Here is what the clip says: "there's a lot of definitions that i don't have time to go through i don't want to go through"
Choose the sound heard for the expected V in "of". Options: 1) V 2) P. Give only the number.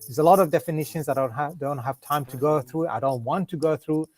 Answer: 1